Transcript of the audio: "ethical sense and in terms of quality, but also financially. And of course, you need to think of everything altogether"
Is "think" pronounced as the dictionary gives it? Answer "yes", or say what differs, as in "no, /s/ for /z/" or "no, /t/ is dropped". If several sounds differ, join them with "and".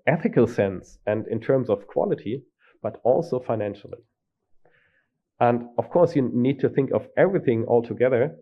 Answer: yes